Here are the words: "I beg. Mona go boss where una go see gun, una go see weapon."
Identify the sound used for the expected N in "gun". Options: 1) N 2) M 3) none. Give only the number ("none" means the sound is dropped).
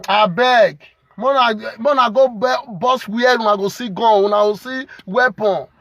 3